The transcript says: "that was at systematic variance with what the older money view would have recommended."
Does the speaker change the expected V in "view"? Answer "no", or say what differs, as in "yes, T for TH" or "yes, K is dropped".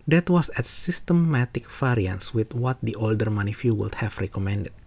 yes, F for V